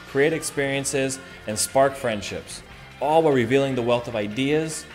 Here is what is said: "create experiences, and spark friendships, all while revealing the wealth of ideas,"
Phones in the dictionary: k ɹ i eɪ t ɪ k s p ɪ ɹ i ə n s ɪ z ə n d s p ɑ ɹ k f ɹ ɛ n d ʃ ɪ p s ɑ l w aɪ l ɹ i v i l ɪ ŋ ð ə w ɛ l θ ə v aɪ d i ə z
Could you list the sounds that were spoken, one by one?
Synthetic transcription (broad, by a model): k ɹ i eɪ t ɪ k s p ɪ ɹ i ə n s ɪ z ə n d s p ɑ ɹ k f ɹ ɛ n d ʃ ɪ p s ɑ l w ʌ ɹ ɹ i v i l ɪ ŋ ð ə w ɛ l θ ə v aɪ d i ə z